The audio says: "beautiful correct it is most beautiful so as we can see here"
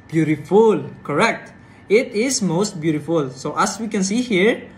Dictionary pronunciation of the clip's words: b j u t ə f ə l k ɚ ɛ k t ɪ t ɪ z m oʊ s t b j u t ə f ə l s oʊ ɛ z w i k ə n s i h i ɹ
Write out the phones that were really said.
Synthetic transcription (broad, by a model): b j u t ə f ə l k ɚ ɛ k t ɪ t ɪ s m oʊ s t b j u t ə f ə l s oʊ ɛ s w i k ə n s i h i ɹ